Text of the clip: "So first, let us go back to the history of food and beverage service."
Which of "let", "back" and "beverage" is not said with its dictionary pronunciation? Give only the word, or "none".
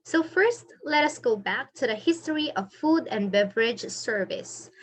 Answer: none